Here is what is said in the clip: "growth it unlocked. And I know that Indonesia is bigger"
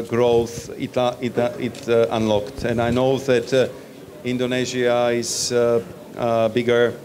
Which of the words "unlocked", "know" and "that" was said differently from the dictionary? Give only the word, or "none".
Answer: none